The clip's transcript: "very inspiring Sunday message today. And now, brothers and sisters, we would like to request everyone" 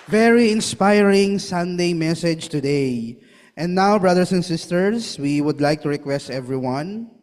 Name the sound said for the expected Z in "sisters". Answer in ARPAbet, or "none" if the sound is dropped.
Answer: S